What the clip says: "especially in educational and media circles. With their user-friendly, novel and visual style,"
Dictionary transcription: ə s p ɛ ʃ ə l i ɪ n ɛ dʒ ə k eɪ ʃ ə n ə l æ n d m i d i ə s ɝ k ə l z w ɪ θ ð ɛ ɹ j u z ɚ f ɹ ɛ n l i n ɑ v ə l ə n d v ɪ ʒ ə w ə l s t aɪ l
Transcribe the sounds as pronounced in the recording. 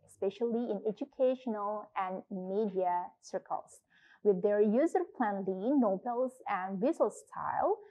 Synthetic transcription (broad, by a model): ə s p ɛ ʃ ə l i ɪ n ɛ dʒ ə k eɪ ʃ ə n ə l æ n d m i d i ə s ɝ k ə l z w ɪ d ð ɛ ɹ j u z ɚ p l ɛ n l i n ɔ b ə l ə n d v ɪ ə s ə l s t aɪ l